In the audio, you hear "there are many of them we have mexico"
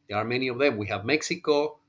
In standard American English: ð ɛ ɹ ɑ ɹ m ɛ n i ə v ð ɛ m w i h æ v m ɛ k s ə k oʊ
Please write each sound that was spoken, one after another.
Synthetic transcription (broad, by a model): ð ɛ ɹ ɑ ɹ m ɛ n i ə v ð ɛ m w i h æ v m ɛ k s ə k oʊ